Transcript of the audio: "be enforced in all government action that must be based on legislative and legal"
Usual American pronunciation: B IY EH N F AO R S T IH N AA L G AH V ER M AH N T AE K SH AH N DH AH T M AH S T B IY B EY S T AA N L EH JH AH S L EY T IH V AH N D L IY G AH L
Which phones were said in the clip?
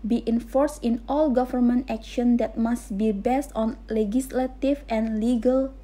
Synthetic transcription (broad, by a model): B IY EH N F AO R S T IH N AA L G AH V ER M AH N T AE K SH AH N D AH T M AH S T B IY B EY S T AA N L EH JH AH S L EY T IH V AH N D L IY G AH L